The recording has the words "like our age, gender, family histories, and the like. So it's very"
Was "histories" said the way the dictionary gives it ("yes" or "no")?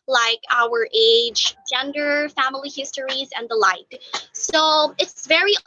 yes